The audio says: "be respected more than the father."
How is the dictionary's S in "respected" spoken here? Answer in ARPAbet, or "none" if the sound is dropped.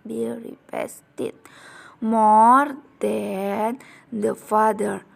none